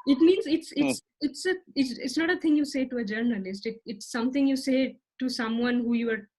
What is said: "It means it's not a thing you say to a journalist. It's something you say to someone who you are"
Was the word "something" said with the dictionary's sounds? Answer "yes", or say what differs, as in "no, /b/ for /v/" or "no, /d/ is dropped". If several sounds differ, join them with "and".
no, /t/ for /θ/